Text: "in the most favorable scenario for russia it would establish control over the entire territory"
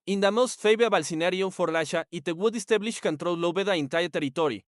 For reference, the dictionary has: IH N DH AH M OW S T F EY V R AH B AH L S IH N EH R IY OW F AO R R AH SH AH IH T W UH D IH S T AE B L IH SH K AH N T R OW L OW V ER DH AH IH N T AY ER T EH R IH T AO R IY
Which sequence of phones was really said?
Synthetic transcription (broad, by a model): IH N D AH M OW S T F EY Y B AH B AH L S IH N EH R IY OW F AO R L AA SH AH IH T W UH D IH S T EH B L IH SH K AH N T R OW L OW B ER DH AH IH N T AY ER T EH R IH T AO R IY